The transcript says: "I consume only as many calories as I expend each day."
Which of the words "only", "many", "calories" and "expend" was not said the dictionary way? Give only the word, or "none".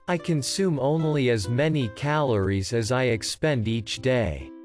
none